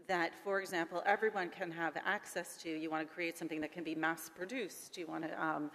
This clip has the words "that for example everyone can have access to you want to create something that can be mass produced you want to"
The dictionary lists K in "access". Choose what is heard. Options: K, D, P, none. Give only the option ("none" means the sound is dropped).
K